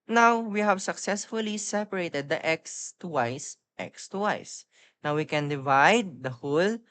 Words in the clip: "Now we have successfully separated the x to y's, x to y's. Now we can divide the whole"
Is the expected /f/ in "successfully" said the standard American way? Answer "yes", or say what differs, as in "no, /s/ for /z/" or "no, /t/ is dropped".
yes